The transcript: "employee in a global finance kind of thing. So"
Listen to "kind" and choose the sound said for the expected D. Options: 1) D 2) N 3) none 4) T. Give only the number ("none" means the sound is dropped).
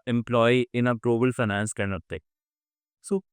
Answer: 3